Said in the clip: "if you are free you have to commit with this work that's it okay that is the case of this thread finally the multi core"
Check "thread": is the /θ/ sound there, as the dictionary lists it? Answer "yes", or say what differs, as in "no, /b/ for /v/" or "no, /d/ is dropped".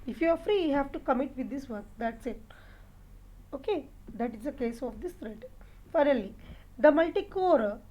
no, /t/ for /θ/